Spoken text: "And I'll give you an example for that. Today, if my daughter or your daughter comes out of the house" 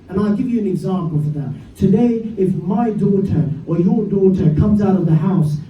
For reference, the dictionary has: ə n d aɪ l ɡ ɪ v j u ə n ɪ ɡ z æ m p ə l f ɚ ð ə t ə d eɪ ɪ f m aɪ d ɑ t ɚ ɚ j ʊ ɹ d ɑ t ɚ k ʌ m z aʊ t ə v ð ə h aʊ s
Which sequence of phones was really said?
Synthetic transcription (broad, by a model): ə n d aɪ l ɡ ɪ v j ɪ ə n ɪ ɡ z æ m p l f ɚ ð ə t ə d eɪ ɪ f m aɪ d ɑ t ɚ ɚ j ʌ ɹ d ɑ t ɚ k ʌ m z aʊ t ə v ð ə h aʊ s